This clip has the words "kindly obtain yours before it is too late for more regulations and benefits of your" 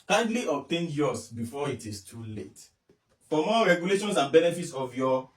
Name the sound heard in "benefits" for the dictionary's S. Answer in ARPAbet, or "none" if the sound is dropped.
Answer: S